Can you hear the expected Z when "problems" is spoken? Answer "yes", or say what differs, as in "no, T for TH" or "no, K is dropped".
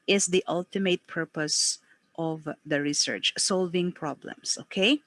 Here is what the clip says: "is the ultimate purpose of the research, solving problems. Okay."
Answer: no, S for Z